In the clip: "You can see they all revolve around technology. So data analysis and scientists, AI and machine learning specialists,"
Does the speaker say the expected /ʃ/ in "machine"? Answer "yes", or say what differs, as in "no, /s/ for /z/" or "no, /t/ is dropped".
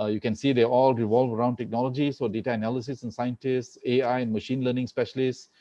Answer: yes